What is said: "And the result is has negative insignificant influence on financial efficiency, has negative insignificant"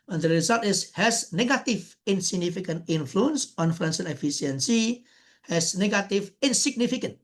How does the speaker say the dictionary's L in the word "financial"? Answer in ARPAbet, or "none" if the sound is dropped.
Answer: N